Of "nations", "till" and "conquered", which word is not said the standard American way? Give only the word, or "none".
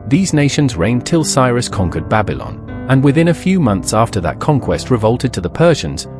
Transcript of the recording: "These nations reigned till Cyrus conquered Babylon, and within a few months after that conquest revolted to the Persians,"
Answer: none